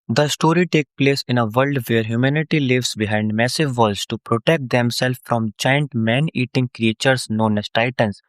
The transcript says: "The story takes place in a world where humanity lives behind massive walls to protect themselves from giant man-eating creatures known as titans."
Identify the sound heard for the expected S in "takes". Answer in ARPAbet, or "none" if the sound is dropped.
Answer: none